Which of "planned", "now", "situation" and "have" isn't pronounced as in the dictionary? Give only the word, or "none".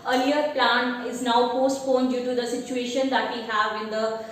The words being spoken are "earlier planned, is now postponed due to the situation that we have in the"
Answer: planned